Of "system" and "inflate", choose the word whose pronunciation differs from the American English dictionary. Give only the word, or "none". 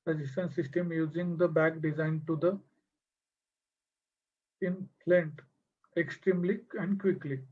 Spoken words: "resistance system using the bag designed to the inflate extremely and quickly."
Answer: inflate